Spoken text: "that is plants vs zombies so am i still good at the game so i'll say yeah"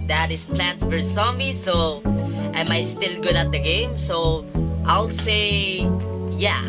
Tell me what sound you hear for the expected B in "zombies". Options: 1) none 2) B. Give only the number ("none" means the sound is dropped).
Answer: 1